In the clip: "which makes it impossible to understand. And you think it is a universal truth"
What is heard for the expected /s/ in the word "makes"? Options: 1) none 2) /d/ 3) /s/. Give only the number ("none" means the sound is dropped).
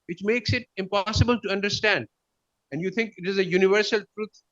3